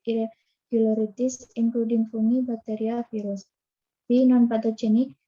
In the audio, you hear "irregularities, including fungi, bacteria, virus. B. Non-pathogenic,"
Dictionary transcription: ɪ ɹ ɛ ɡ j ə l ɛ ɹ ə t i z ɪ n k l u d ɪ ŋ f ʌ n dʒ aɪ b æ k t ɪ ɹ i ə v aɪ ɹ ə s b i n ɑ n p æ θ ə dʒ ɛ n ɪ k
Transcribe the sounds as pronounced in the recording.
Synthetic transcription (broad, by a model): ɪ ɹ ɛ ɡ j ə l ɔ ɹ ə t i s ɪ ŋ k l u d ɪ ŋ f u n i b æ k t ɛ ɹ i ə f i ɹ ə s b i n ɑ n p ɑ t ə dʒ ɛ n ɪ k